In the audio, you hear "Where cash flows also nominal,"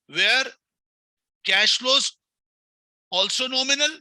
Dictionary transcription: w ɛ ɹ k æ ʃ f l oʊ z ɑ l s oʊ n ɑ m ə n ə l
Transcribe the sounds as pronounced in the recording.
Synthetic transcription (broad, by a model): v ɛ ɹ k æ ʃ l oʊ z ɑ l s oʊ n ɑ m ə n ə l